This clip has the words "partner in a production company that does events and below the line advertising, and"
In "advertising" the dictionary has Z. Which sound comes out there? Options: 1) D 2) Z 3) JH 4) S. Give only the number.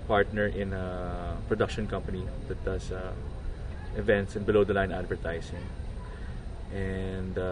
4